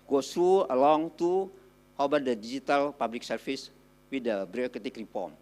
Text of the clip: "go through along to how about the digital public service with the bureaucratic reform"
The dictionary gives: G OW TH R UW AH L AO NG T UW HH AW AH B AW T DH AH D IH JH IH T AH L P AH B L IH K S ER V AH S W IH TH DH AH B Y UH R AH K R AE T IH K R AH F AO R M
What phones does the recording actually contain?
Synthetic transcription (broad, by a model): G OW T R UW AH L AO NG T UW HH AW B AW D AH D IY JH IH T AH L P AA B L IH K S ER F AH S W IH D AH B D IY AH K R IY T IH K R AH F AO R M